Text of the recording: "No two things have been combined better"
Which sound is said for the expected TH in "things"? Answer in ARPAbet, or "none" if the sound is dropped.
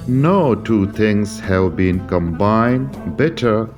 T